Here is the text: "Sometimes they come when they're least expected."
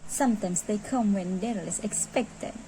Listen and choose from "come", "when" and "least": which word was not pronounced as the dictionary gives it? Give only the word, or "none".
least